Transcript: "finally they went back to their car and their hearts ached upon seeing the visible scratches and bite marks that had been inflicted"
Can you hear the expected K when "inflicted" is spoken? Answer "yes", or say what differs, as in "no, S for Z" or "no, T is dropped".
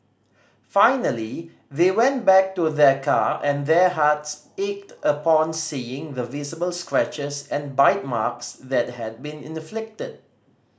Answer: yes